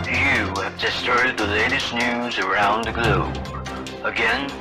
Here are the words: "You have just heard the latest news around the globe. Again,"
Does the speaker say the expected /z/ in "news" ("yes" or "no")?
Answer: yes